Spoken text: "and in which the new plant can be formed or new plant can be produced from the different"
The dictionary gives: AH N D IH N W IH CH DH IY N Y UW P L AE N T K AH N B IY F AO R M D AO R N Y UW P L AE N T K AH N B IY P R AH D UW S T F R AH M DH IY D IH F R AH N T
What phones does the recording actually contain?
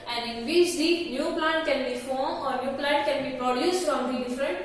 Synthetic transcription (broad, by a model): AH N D IH N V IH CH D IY N Y UW P L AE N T K AH N B IY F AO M AO R N Y UW P L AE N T K AH N B IY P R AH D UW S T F R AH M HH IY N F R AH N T